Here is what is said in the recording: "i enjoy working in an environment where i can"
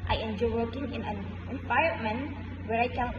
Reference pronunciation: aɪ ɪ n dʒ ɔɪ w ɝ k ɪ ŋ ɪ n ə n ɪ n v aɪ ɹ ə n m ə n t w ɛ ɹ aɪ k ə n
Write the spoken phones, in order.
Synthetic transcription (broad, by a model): aɪ ɪ n dʒ ɔɪ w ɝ k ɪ ŋ ɪ n ə n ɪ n p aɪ ə m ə n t w ɛ ɹ aɪ k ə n